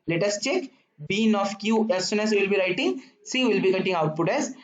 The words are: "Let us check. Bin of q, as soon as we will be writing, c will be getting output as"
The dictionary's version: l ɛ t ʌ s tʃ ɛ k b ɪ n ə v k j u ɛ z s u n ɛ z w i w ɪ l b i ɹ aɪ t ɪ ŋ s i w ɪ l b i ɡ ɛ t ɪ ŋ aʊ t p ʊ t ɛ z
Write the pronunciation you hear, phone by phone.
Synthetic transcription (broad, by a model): l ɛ t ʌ s tʃ ɛ k b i n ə f k j u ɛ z s u n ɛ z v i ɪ l b i ɹ aɪ t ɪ ŋ s i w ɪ l b i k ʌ t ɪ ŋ aʊ t p ʊ t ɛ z